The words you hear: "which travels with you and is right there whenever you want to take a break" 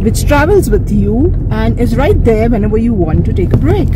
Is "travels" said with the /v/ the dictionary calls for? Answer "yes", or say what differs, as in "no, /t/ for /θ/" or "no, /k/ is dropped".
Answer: yes